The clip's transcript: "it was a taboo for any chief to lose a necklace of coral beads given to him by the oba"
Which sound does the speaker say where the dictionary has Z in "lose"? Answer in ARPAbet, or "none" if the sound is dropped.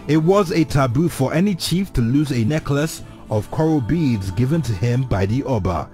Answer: Z